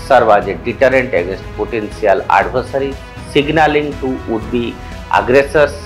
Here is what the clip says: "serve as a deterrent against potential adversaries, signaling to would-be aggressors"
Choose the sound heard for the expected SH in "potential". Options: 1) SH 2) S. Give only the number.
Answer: 2